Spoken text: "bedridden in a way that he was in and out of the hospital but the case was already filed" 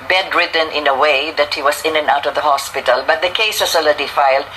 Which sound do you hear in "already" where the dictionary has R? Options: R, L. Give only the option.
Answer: L